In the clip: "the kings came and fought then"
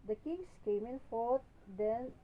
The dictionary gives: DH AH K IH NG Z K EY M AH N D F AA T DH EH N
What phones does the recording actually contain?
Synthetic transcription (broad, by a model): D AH K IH NG S K EY M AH N F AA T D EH N